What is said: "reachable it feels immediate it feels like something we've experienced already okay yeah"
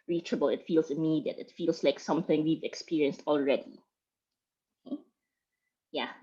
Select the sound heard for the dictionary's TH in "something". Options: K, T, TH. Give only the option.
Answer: TH